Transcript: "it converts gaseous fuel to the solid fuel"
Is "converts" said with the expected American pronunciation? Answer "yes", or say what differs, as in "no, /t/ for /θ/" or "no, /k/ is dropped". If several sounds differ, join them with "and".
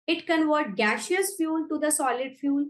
no, /s/ is dropped